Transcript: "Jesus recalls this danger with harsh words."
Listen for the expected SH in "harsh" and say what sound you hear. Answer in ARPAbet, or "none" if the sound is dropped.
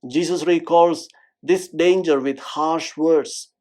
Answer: SH